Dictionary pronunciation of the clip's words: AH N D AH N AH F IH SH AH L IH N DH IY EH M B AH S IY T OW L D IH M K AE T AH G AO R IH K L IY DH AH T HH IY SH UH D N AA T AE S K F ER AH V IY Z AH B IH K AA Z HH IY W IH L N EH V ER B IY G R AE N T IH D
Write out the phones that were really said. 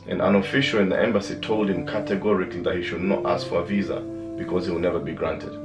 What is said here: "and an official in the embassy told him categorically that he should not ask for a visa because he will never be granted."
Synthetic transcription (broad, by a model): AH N AH N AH F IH SH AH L IH N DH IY EH M B AH S IY T OW L D IH M K AE T AH G AO R IH K L IY DH AH T HH IY SH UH D N AA T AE S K F ER AH V IY Z AH B IH K AA Z HH IY W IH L N EH V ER B IY G R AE N T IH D